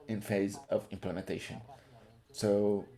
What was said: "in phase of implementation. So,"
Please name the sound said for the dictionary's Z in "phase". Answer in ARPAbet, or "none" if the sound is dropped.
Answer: Z